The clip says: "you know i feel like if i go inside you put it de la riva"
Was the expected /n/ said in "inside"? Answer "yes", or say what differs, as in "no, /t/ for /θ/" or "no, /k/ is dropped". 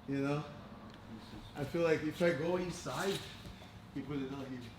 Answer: no, /n/ is dropped